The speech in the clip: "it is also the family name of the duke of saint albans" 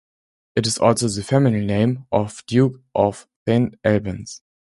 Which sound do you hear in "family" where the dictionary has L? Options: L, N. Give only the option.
N